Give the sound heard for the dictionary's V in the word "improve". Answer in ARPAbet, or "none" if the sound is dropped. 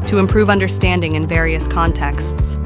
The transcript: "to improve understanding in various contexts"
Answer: V